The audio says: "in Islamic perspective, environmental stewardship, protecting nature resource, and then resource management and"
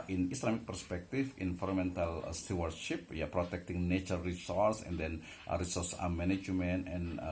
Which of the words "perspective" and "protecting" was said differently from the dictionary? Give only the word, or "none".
perspective